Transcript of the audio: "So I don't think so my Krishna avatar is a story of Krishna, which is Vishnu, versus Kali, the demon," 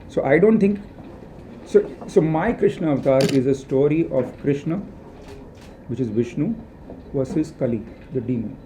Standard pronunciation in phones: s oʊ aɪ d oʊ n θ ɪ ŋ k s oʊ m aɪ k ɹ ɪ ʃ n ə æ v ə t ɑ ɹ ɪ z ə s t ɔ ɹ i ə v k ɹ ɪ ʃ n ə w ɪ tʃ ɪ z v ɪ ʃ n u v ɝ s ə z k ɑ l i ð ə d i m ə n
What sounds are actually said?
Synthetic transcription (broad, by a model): s oʊ aɪ d oʊ n t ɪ ŋ k s oʊ m aɪ k ɹ ɪ ʃ n ə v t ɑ ɹ ɪ z ə s t ɔ ɹ i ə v k ɹ ɪ ʃ n ə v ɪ tʃ ɪ z v ɪ ʃ n u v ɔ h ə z k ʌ l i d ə d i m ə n